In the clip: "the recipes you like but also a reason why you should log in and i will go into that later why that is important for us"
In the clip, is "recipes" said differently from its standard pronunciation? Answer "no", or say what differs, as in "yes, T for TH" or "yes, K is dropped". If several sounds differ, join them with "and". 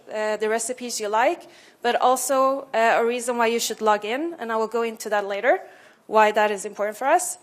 no